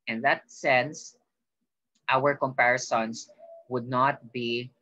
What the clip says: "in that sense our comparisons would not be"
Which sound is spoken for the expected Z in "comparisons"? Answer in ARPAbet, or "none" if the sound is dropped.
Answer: S